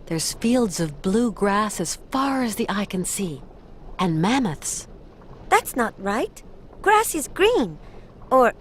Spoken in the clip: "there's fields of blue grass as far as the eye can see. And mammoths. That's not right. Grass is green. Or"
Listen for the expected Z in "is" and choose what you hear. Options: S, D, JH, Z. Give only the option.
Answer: Z